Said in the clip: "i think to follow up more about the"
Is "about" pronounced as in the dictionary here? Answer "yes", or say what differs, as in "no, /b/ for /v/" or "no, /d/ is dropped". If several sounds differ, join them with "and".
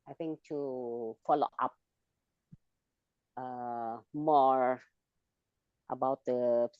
yes